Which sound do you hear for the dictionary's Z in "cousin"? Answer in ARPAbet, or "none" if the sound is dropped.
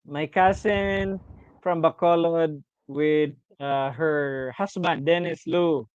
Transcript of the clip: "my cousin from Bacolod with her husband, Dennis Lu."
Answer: S